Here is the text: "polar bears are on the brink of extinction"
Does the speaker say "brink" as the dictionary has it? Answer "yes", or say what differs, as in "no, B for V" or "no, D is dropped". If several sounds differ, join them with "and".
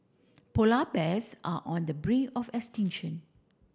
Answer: no, K is dropped